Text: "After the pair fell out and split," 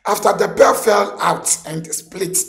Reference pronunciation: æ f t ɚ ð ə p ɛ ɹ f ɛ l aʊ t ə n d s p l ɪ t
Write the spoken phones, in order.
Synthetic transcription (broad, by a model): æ f t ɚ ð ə b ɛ f ɛ l aʊ t ə n d s p l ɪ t